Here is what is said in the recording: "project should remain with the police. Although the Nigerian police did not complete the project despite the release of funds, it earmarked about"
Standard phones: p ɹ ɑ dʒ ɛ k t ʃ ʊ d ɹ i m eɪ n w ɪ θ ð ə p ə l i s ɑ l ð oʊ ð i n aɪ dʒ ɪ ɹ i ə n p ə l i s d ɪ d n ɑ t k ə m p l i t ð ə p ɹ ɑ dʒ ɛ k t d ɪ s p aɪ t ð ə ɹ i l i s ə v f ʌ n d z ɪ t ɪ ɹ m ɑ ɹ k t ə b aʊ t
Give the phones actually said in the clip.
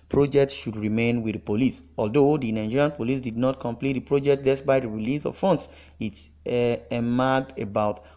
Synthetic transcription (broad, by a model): p ɹ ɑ dʒ ɛ k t ʃ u d ɹ i m eɪ n w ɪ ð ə p ə l i s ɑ l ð oʊ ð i n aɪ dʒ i ɹ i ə n p ə l i s d ɪ d n ɑ t k ə m p l i t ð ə p ɹ ɑ dʒ ɛ k t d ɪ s b aɪ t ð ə ɹ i l i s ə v f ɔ n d s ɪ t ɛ m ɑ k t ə b aʊ t